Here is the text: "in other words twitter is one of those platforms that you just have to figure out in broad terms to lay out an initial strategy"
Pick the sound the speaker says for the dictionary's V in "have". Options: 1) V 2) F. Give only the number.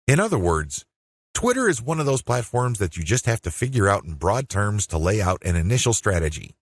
2